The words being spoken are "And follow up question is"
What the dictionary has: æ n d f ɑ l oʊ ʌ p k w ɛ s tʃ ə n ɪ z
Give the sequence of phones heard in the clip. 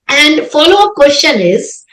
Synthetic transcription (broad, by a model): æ n d f ɑ l oʊ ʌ k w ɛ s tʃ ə n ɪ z